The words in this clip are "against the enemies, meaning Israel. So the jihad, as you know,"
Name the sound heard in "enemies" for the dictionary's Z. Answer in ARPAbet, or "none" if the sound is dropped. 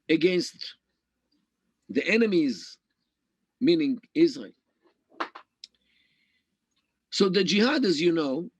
Z